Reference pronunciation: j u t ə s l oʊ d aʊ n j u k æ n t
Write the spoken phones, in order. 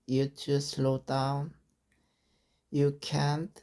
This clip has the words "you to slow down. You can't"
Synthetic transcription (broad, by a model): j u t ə s l oʊ d aʊ n j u k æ n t